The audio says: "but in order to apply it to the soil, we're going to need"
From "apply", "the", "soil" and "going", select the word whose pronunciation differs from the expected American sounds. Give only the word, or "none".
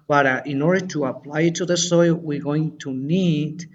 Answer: none